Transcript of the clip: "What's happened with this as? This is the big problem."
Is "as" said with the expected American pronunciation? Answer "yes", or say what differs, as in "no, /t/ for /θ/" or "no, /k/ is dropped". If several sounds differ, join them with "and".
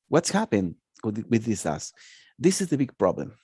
no, /s/ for /z/